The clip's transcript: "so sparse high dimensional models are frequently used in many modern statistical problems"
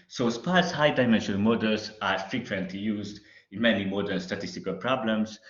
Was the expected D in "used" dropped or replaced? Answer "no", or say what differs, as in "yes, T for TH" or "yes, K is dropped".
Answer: no